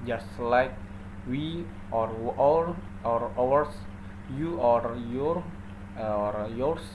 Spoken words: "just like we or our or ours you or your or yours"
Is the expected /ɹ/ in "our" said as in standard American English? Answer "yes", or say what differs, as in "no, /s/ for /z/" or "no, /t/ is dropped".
yes